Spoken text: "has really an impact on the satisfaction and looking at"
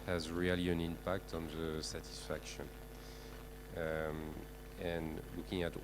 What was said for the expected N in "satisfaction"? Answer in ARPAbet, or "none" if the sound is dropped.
N